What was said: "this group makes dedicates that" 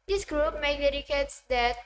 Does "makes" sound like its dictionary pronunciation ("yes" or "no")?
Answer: no